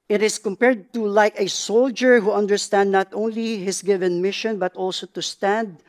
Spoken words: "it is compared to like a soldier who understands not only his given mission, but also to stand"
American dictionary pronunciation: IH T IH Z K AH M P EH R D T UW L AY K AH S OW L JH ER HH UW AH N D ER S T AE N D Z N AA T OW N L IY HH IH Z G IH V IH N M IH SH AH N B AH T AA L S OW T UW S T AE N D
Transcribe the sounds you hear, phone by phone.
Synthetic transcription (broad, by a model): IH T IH S K AH M P EH R D T UW L AY K AH S OW L JH ER HH UW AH N D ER S T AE N D N AA T OW N L IY HH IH S G IH V IH N M IH SH AH N B AH T AA L S OW T UW S T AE N D